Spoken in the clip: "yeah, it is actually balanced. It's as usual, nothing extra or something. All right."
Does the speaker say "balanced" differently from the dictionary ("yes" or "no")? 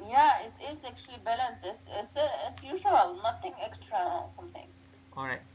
no